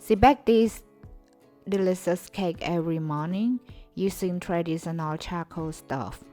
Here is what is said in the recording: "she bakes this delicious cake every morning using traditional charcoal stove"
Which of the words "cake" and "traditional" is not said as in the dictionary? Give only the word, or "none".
traditional